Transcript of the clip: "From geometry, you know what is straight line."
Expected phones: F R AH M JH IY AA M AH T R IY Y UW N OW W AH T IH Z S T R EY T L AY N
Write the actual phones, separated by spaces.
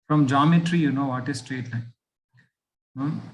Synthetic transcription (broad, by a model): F R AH M JH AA M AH T R IY Y UW N OW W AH T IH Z S T R EY T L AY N